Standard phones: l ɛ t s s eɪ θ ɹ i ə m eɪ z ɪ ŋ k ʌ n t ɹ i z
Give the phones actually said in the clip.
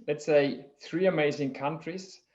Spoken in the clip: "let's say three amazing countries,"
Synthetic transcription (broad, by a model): l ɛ t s s eɪ θ ɹ i ə m eɪ z ɪ ŋ k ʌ n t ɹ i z